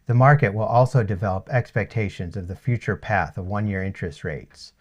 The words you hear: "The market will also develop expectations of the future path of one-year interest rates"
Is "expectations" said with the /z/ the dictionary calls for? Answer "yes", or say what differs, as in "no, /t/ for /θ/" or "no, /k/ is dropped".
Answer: yes